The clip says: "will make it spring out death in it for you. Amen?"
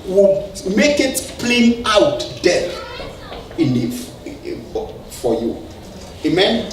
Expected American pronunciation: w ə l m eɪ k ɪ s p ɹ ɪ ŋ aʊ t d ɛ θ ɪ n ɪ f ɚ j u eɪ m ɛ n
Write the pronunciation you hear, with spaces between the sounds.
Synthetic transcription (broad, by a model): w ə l m eɪ k ɪ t p l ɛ aʊ t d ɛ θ ɪ n f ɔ j u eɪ m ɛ n